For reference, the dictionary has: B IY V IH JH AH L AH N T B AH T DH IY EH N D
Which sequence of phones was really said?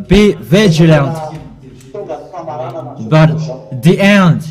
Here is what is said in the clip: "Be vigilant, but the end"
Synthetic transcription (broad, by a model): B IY V IH JH AH L AH N T B AH T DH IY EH N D